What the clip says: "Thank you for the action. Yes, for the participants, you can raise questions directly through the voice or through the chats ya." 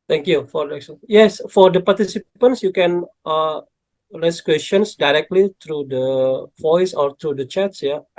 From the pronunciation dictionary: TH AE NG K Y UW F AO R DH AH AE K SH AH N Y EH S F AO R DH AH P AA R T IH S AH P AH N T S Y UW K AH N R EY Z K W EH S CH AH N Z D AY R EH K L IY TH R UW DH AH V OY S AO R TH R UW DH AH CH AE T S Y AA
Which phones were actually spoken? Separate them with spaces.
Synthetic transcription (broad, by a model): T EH NG K Y UW F AO R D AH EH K S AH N Y EH S F AO R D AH P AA R T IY S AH P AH N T S Y UW K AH N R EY S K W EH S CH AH N S D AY R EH K L IY T R UW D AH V OY S AO R T R UW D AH CH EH T S Y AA